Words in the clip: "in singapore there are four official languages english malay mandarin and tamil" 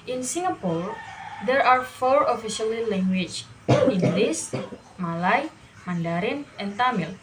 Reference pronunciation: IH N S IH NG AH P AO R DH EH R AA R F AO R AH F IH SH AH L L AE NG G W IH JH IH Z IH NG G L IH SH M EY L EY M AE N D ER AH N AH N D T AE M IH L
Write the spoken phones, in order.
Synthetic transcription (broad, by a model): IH N S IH NG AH P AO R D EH R AA R F AO R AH F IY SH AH L L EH NG G W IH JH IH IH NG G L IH S M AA L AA M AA N D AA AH N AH N T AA M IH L